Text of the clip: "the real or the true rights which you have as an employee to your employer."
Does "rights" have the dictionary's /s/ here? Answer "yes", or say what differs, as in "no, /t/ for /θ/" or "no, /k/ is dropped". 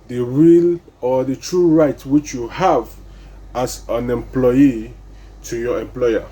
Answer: no, /s/ is dropped